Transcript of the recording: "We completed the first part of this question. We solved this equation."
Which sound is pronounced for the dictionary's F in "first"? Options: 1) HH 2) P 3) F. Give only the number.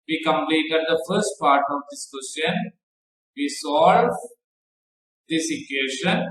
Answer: 3